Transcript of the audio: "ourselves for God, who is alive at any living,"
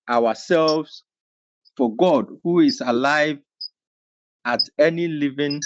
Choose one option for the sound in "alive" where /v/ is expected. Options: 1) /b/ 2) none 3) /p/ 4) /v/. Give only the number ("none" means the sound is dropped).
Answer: 4